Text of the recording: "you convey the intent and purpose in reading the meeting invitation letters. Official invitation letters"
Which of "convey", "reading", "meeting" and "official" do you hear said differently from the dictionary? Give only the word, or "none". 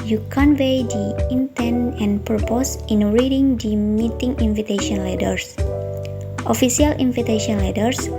official